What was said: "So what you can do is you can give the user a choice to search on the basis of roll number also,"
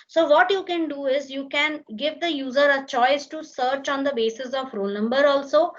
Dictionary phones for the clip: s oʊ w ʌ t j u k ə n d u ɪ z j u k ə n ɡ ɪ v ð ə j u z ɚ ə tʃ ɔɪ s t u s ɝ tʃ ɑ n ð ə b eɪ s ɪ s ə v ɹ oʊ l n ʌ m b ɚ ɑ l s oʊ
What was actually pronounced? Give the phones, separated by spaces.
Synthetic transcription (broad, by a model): s oʊ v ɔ t j u k ə n d u ɪ z j u k ə n ɡ ɪ v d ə j u z ɚ ə tʃ ɔɪ s t u s ɝ tʃ ɑ n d ə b eɪ s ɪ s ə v ɹ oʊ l n ʌ m b ɚ ɑ l s oʊ